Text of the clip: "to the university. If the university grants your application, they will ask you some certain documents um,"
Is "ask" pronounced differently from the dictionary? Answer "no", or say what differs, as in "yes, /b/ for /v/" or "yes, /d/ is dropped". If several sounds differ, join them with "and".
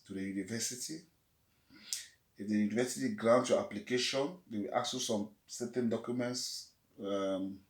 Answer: yes, /s/ is dropped